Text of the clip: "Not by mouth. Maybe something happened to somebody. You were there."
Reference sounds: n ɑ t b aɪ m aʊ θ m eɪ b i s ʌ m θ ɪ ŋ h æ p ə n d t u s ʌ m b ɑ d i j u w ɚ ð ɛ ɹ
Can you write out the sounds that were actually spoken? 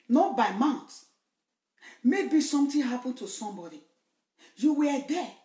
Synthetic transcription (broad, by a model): n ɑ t b aɪ m aʊ t m eɪ b i s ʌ m t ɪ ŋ h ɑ p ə n t u s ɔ m b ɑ d i j u w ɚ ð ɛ